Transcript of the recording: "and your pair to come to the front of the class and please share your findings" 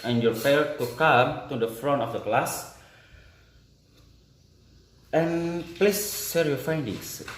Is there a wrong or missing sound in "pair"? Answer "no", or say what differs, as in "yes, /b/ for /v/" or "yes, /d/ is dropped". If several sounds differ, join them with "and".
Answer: yes, /f/ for /p/ and /l/ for /ɹ/